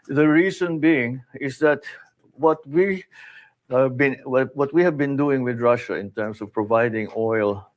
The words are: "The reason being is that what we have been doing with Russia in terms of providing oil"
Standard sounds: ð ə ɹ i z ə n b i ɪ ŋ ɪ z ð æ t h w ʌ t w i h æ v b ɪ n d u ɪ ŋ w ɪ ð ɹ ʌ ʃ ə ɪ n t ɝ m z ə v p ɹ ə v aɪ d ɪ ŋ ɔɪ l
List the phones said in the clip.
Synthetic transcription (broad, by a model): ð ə ɹ i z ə n b i ɪ ŋ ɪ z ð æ t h w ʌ t w i h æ v b ɪ n d u ɪ ŋ w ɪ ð ɹ ʌ ʃ ə ɪ n t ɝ m s ə v p ɹ ə v aɪ d ɪ ŋ ɔɪ l